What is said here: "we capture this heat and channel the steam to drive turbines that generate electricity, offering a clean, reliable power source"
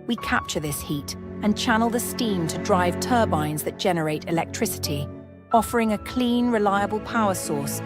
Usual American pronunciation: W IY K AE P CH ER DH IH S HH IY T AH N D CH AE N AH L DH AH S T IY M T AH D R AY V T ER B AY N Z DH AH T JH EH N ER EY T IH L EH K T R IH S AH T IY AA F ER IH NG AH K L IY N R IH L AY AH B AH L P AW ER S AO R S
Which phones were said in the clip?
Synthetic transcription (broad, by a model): W IY K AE P CH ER DH IH S HH IY T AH N CH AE N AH L DH AH S T IY M T AH D R AY V T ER B AY N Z DH AH T JH EH N ER EY T IH L EH K T R IH S AH T IY AA F ER IH NG AH K L IY N R IH L AY AH B AH L P AW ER S AO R S